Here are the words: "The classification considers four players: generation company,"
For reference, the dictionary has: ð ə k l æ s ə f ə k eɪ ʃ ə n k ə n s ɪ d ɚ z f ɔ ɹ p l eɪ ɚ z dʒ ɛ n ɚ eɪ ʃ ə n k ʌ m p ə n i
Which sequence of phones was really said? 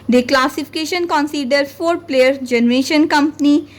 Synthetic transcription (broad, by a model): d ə k l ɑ s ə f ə k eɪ ʃ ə n k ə n s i d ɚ f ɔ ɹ p l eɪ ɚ dʒ ɛ n ɚ eɪ ʃ ə n k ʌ m p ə n i